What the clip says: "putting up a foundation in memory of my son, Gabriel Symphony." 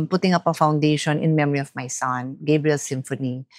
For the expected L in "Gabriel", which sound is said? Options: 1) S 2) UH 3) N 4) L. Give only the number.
4